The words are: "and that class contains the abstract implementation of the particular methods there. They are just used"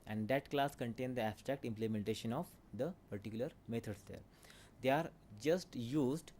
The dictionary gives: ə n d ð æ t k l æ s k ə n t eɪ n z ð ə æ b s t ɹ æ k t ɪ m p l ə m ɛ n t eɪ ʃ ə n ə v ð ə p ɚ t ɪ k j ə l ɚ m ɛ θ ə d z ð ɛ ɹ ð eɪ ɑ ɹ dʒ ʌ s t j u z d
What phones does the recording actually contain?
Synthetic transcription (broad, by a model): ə n d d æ t k l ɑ s k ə n t eɪ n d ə æ b s t ɹ æ k t ɪ m p l ə m ɛ n t eɪ ʃ ə n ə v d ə p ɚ t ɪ k j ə l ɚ m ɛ t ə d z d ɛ ɹ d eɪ ɑ ɹ dʒ ʌ s t j u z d